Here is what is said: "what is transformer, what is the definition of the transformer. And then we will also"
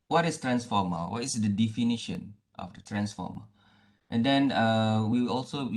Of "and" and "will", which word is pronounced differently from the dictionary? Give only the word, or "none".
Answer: will